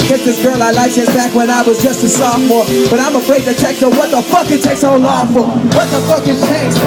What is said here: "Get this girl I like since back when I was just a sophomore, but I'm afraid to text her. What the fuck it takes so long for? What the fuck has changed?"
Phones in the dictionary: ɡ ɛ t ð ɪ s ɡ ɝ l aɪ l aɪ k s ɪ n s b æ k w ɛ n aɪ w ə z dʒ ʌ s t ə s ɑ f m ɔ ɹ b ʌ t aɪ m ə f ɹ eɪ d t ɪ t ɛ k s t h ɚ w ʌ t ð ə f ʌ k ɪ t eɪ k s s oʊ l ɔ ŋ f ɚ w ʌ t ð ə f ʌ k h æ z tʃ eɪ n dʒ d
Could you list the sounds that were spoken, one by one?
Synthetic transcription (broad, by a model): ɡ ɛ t ð ɪ s ɡ ɝ l aɪ l aɪ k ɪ s b æ k w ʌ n aɪ w ə z dʒ ʌ s t ə s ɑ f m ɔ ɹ b ʌ t aɪ m ə f ɹ eɪ d t ɪ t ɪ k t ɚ w ʌ t ð ə f ʌ k ɪ t eɪ k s s oʊ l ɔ f ɚ w ʌ t ð ə f ʌ k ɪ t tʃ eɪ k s